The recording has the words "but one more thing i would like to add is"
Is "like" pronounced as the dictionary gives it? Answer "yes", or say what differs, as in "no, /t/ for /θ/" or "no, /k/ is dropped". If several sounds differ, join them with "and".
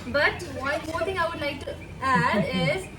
yes